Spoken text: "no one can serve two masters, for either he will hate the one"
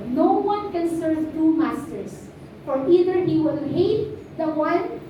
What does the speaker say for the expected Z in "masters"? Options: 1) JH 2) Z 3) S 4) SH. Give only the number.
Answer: 3